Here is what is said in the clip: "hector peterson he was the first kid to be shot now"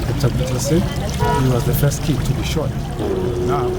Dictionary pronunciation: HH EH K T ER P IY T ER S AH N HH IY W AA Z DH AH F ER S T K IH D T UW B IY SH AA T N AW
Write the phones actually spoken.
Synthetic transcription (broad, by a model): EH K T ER B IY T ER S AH HH IY W AA Z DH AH F ER S T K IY T UW B IY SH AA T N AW